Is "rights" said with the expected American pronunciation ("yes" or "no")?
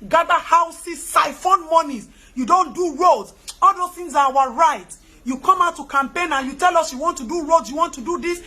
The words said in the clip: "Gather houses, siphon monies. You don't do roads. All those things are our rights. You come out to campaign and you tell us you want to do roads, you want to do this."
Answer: no